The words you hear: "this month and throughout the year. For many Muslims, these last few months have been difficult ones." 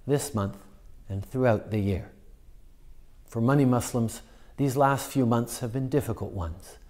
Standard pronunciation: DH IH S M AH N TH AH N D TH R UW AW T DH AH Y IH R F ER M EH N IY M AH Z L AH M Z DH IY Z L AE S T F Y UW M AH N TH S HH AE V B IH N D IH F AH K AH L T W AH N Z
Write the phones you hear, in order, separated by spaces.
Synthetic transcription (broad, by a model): DH IH S M AH N TH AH N TH R UW AW T DH AH Y IH R F ER M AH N IY M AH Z L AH M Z DH IY Z L AE S T F Y UW M AH N TH S HH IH V B IH N D IH F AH K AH L T W AH N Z